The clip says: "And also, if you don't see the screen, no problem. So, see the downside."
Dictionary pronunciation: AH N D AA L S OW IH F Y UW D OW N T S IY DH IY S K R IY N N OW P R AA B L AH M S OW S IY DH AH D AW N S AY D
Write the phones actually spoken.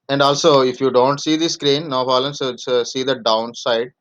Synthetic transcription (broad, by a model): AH N D AA L S OW IH F Y UW D OW N T S IY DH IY S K R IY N N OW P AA L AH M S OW S IY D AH D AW N S AY D